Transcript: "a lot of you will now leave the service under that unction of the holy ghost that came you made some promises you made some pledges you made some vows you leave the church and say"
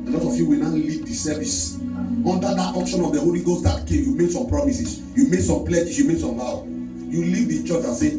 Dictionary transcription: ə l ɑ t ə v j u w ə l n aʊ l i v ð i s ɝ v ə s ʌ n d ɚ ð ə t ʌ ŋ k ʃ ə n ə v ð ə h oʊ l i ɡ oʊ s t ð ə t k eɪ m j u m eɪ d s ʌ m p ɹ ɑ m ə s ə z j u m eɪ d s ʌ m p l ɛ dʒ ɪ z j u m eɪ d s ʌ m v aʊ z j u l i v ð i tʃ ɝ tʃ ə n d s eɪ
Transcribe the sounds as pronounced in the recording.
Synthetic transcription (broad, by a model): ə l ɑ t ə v j u w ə n aʊ l i v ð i s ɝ v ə s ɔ n d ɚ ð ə t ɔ k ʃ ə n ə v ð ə h oʊ l i ɡ oʊ s t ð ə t k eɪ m j u m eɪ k s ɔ m p ɹ ɑ m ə s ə s j u m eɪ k s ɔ m p l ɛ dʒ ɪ s j u m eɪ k s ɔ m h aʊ j u l i v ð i tʃ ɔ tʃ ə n s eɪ